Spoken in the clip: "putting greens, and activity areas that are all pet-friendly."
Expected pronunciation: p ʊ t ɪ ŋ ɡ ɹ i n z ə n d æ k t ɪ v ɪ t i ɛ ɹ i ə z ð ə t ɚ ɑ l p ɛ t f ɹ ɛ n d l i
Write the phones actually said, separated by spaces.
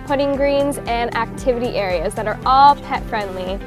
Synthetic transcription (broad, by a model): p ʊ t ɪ ŋ ɡ ɹ i n z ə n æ k t ɪ v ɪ t i ɛ ɹ i ə z ð ə t ɚ ɑ l p ɛ t f ɹ ɛ n d l i